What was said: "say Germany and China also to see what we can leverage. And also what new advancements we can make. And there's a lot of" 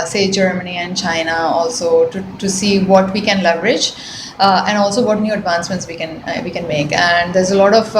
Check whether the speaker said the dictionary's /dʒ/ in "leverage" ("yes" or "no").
yes